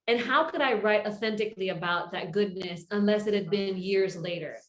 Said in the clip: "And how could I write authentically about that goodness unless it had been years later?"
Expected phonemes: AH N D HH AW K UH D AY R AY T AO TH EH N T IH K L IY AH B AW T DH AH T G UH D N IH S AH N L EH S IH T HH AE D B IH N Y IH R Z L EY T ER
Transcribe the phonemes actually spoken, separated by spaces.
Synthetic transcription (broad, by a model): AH N HH AW K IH D AY R AY T AO TH EH N T IH K L IY AH B AW T DH AH T G UH D N IH S AH N L EH S IH T HH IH D B IH N Y IH R Z L EY T ER